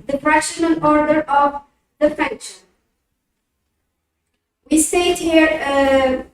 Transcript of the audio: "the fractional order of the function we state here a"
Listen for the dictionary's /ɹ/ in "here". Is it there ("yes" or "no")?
yes